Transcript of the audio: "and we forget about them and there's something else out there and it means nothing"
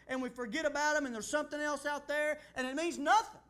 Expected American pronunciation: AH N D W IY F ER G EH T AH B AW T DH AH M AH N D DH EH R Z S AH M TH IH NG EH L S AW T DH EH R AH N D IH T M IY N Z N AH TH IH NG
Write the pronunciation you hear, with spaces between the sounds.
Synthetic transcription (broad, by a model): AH N W IY F ER G EH T AH B AW T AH M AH N DH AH R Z S AH M TH IH NG EH L S AW T DH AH R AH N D IH T M IY N Z N AH TH IH NG